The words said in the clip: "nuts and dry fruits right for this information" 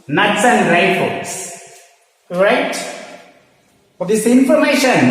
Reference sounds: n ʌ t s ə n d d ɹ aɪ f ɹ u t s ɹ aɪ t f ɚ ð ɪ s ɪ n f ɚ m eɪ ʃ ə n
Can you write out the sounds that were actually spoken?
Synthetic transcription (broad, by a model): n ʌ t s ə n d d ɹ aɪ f ɔ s ɹ aɪ t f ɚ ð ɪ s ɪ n f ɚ m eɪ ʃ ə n